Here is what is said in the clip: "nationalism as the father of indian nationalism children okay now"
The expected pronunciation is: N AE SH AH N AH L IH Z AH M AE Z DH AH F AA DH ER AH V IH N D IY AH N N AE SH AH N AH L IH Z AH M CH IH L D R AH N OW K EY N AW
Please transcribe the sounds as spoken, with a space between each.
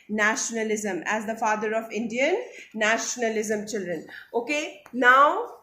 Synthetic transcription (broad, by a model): N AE SH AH N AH L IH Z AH M AE Z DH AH F AA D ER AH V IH N D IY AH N N AE SH AH N AH L IH Z AH M CH IH L D R AH N OW K EY N AW